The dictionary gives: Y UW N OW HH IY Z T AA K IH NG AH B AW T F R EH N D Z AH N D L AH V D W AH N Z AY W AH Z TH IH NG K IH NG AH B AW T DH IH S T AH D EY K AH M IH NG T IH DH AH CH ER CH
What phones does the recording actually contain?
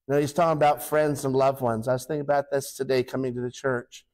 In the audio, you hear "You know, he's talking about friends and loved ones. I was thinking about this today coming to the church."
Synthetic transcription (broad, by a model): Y N OW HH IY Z T AA K IH NG AH B AW T F R EH N D Z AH N L AH V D W AH N Z AY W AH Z TH IH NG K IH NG AH B AW T DH IH S T AH D EY K AH M IH NG T IH DH AH CH ER CH